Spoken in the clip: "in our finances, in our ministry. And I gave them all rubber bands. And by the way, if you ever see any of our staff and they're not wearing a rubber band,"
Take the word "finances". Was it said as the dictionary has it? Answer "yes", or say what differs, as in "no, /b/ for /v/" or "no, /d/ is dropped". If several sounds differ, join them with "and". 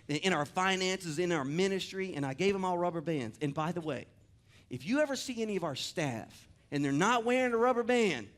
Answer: yes